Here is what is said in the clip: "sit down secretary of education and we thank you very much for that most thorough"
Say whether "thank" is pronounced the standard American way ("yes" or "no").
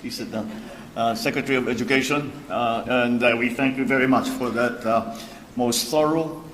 yes